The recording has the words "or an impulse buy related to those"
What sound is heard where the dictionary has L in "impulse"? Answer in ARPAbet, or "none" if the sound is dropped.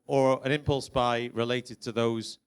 L